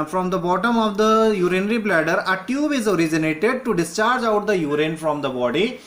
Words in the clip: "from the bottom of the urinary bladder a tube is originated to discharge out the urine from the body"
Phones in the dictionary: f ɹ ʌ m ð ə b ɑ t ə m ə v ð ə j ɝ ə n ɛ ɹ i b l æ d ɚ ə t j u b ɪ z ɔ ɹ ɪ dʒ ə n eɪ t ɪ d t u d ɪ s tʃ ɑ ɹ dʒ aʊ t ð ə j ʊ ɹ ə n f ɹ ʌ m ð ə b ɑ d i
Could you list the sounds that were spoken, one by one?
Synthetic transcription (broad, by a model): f ɹ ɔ m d ə b ɑ t ə m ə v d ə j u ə n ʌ ɹ i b l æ d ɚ ə t j u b ɪ z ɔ ɹ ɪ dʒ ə n eɪ t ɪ d t u d ɪ s tʃ ɑ ɹ dʒ aʊ t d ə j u ɹ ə n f ɹ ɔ m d ə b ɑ d i